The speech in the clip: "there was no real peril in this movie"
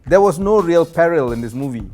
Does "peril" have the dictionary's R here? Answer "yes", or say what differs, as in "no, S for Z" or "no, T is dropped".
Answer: yes